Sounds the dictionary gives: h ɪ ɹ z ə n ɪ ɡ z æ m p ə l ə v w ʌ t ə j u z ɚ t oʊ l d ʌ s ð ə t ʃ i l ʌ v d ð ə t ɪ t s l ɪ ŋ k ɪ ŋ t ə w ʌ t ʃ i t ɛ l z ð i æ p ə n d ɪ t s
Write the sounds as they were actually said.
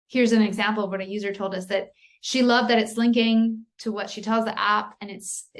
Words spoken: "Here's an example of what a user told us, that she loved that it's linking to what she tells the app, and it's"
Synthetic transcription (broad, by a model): h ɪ ɹ z ə n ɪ ɡ z æ m p l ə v w ʌ t ə j u z ɚ t oʊ l d ʌ s ð ə t ʃ i l ʌ v ð ə t ɪ t s l ɪ ŋ k ɪ ŋ t ə w ʌ t ʃ i t ɛ l z ð i æ p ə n ɪ t s